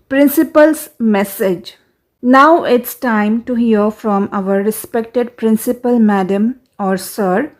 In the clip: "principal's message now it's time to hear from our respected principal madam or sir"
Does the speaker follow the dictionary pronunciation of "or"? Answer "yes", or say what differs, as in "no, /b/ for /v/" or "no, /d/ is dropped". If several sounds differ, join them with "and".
yes